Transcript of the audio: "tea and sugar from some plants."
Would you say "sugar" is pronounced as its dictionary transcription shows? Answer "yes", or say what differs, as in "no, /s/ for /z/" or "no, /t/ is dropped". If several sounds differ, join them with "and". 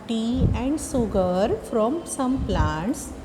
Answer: no, /s/ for /ʃ/